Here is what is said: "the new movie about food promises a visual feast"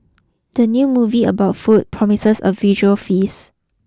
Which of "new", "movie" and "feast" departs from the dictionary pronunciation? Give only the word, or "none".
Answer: feast